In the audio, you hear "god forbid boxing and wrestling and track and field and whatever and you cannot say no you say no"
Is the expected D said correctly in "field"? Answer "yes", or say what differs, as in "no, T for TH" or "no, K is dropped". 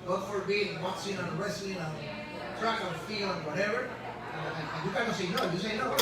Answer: no, D is dropped